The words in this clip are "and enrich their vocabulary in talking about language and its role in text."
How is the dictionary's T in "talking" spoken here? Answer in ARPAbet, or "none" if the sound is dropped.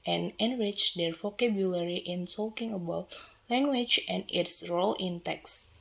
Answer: S